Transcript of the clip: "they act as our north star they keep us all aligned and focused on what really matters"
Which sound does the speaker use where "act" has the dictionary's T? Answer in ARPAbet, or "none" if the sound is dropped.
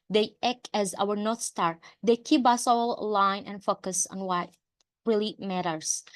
none